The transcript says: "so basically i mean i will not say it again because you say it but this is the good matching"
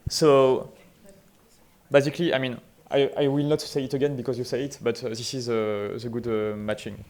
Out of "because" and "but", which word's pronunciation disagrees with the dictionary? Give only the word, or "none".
none